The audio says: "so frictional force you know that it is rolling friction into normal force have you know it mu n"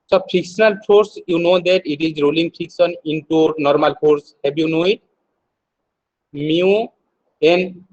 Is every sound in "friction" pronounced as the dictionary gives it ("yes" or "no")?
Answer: no